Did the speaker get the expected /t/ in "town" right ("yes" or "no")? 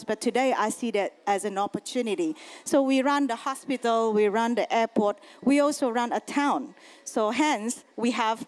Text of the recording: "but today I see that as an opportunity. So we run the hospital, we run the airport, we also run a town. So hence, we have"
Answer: yes